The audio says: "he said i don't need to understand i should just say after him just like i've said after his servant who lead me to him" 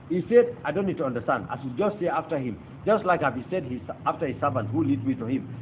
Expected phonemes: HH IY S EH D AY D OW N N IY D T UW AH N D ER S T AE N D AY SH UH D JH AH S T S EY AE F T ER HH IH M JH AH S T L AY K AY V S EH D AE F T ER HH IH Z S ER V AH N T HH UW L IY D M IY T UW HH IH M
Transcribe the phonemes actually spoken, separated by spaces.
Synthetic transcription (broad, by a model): HH IY S EH D AY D OW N N IY D T UW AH N D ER S T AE N D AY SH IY JH AH S T S EY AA F T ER HH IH M JH AH S T L AY K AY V S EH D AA F T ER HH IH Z S ER V AH N T HH UW L IY D M IY T UW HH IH M